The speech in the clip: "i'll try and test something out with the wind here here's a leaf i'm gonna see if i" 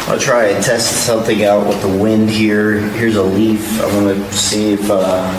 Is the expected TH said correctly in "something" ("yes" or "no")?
yes